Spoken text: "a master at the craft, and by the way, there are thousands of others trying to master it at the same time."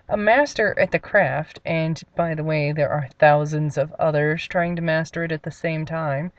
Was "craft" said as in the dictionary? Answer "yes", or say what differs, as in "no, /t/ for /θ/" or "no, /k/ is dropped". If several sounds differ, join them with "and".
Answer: yes